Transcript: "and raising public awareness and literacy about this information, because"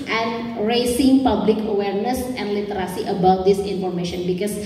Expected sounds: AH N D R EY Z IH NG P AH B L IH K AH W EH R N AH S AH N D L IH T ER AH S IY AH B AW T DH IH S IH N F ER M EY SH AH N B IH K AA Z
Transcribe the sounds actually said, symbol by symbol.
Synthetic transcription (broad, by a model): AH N D R EY S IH NG P AH B L IH K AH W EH R N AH S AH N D L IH T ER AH S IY AH B AW T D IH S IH N F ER M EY SH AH N B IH K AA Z